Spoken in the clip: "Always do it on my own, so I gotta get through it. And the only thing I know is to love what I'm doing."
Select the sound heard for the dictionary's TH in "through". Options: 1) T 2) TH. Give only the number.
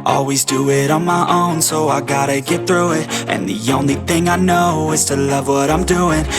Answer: 2